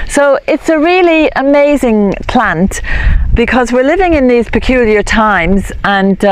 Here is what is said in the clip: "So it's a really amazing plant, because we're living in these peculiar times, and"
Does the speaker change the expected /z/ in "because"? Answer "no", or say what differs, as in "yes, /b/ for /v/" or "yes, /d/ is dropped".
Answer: no